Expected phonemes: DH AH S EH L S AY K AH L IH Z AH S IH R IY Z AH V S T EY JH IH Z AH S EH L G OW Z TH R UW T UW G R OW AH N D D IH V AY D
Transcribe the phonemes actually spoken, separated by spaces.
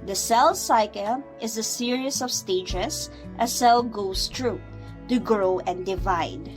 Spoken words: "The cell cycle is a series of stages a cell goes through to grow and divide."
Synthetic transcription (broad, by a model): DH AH S EH L S AY K AH L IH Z AH S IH R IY S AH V S T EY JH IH S AH S EH L G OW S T R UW T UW G R OW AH N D D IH V AY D